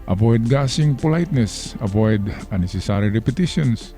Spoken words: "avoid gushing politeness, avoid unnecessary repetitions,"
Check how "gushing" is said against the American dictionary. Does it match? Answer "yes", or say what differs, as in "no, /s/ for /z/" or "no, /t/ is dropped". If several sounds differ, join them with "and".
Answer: no, /s/ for /ʃ/